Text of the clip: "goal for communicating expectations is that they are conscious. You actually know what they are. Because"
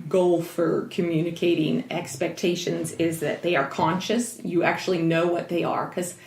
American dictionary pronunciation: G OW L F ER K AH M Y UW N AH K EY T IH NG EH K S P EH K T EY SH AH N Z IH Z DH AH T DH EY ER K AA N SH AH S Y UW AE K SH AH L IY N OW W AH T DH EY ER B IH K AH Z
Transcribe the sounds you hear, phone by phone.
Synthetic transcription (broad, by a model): G OW L F ER K AH M Y UW N AH K EY T IH NG EH K S P EH K T EY SH AH N Z IH Z DH AH T DH EY ER K AA N SH AH S Y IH AE K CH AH L IY N OW W AH T DH EY ER K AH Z